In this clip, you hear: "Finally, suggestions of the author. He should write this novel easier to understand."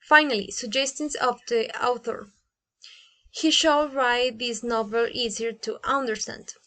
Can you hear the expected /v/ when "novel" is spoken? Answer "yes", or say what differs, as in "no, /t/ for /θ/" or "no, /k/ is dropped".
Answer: yes